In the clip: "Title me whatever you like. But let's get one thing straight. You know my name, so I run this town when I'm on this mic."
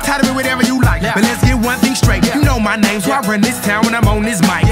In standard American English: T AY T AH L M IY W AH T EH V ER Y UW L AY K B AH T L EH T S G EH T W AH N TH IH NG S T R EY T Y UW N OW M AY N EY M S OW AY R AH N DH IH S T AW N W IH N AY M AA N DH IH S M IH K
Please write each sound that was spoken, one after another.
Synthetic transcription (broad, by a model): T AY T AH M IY W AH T EH V ER Y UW L AY K B AH T L EH T S G EH T W AH N TH IH NG S T R EY T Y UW N OW M AY N EY M S OW AY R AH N DH IH S T AW N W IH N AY M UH N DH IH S M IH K